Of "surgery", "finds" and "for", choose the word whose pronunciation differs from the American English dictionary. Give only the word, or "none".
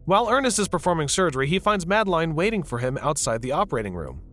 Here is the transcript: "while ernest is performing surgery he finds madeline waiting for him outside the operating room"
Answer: none